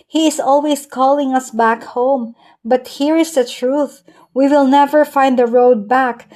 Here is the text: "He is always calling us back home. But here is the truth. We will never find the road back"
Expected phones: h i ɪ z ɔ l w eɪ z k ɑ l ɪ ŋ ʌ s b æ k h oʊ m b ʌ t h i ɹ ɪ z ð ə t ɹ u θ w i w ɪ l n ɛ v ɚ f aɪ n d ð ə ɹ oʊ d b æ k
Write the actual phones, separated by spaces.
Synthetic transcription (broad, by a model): h i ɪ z ɔ l w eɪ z k ɑ l ɪ ŋ ʌ s b æ k h oʊ m b ʌ t h i ɹ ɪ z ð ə t ɹ u θ w i w ɪ l n ɛ v ɚ f aɪ n d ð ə ɹ oʊ d b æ k